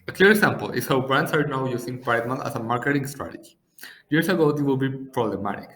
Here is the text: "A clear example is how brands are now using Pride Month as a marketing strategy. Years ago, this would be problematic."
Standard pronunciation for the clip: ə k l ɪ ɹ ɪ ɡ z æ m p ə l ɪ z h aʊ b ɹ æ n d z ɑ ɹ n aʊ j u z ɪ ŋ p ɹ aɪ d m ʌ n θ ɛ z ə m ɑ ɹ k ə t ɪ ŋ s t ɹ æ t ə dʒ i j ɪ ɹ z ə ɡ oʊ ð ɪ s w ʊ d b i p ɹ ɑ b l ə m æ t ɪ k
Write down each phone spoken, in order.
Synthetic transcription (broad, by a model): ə k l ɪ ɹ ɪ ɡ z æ m p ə l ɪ s h aʊ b ɹ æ n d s ɑ ɹ n aʊ j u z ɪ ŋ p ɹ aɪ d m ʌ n t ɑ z ə m ɑ ɹ k ə t ɪ ŋ s t ɹ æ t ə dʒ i j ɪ ɹ s ə ɡ oʊ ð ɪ w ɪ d b i p ɹ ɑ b l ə m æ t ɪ k